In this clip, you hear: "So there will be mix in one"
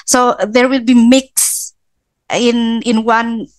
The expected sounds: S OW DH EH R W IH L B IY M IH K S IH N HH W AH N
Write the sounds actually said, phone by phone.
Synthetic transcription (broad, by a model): S OW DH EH R W IH L B IY M IH K S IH N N W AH N